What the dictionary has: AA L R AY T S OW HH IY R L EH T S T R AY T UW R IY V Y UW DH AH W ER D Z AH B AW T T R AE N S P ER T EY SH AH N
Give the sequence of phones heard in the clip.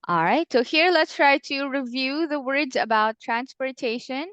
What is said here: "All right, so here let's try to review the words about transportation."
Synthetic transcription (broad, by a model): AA L R AY T S OW HH IY R L EH T S T R AY T UW R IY V Y UW DH AH W ER D Z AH B AW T T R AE N S P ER T EY SH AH N